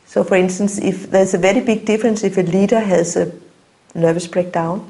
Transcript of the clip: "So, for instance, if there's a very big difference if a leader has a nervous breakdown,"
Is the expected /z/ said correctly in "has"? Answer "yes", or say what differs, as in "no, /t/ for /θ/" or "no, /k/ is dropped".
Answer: no, /s/ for /z/